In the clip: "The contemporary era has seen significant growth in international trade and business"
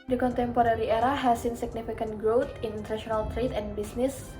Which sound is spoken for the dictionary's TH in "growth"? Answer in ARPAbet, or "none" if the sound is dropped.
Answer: T